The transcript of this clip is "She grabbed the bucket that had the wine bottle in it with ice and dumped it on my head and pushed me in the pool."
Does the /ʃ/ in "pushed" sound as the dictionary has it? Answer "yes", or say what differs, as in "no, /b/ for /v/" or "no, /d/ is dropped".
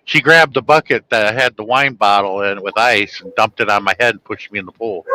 yes